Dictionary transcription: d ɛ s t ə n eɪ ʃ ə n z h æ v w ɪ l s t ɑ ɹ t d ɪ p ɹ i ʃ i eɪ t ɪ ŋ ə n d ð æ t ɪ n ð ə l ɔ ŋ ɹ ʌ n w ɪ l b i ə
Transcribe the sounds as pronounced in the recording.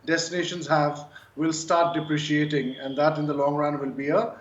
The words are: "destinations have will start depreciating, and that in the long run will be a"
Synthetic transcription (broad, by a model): d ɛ s t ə n eɪ ʃ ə n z h æ v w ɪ l s t ɑ ɹ t d ɪ p ɹ i ʃ i eɪ t ɪ ŋ ə n d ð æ t ɪ n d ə l ɔ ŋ ɹ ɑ n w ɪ l b i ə